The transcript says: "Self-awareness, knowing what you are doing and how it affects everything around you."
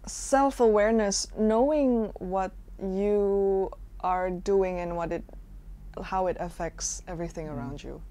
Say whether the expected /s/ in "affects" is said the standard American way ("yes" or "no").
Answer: yes